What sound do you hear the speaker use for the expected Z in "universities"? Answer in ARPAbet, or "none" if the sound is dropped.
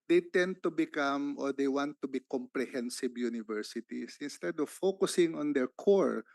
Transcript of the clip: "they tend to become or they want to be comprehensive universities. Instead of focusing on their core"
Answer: S